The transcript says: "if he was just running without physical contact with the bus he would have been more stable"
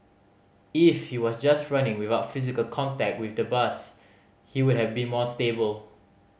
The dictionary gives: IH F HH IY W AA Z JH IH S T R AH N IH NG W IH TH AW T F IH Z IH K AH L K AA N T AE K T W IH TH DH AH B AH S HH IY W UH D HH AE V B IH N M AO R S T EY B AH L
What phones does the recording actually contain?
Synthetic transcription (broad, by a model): IH F HH IY W AA S JH IH S T R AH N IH NG W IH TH AW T F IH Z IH K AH L K AA N T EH K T W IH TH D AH B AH S HH IY W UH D HH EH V B IH N M AO S T EY B AH L